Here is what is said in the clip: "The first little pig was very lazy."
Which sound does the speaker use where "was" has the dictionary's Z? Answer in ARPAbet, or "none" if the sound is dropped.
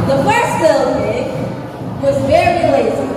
Z